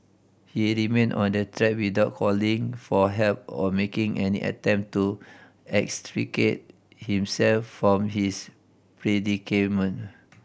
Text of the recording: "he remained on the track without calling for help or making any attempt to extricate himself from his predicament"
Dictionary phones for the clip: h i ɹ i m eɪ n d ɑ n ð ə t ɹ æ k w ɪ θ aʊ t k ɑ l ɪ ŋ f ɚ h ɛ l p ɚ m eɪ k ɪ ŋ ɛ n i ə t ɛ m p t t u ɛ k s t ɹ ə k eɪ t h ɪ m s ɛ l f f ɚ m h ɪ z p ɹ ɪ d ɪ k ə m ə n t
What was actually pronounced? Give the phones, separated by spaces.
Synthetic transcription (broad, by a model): h i ɹ i m eɪ n ɑ n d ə t ɹ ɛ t w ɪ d aʊ t k ɑ l ɪ ŋ f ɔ h ɛ l p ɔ m eɪ k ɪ ŋ ɛ n i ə t ɛ m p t t u ɛ k s t ɹ ə k eɪ t h ɪ m s ɛ l f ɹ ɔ m h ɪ s p ɹ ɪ d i k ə m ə n